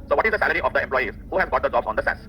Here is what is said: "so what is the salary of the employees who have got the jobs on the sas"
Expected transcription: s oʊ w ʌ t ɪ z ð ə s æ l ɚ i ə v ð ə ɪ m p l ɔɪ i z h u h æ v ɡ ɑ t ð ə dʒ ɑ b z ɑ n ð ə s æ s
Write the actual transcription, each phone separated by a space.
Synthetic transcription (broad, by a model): s oʊ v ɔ t ɪ z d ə s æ l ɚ i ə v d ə ɪ m p l ɔɪ i z h u h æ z ɡ ɑ t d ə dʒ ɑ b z ɑ n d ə s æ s